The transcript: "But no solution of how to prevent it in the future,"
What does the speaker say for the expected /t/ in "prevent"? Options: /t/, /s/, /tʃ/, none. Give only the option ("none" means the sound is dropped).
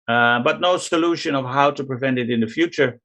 /t/